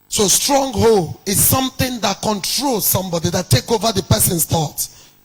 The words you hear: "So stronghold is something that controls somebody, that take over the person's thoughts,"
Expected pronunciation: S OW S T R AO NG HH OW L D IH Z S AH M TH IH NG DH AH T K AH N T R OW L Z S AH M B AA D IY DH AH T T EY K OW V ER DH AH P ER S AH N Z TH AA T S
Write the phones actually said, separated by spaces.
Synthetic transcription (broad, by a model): S OW S T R AO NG HH OW L IH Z S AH M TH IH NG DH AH T K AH N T R OW L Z S AH M B AA D IY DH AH T T EY K OW V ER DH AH P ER S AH N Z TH AA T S